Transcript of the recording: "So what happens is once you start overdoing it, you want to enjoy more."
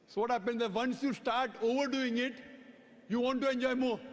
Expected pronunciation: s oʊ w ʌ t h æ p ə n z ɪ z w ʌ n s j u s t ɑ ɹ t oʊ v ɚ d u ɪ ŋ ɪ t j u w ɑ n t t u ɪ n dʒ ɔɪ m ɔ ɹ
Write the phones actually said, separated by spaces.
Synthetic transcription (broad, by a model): s oʊ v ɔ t h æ p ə n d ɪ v ʌ n s j u s t ɑ ɹ t oʊ v ɚ d u ɪ ŋ ɪ t j u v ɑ n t t u ɪ n dʒ ɔɪ m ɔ ɹ